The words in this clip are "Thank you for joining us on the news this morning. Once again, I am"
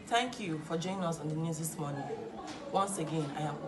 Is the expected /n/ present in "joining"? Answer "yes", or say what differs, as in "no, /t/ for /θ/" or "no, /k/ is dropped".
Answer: no, /n/ is dropped